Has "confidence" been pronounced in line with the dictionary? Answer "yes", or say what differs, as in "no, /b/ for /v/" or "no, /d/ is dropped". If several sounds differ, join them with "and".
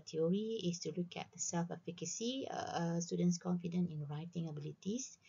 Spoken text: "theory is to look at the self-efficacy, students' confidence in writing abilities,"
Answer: no, /s/ is dropped